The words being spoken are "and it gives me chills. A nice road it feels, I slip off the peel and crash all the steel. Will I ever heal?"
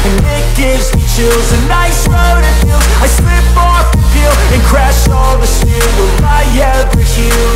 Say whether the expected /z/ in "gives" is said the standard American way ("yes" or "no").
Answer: yes